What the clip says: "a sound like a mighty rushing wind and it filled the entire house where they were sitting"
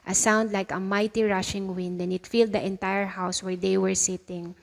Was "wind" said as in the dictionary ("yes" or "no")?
yes